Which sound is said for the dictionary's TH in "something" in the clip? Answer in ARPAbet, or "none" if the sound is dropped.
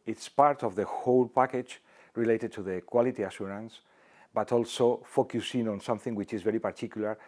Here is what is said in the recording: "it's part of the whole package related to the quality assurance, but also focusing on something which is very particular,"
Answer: TH